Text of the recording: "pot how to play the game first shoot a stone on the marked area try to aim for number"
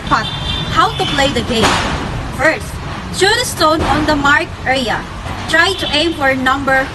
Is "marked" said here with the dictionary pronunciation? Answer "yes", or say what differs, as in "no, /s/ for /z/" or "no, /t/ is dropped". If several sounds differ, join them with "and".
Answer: no, /t/ is dropped